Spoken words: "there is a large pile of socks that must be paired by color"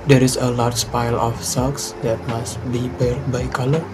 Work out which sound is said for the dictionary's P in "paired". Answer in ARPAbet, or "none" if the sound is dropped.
B